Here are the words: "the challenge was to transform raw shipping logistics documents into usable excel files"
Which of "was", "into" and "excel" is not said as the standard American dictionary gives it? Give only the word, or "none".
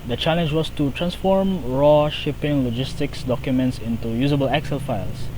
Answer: was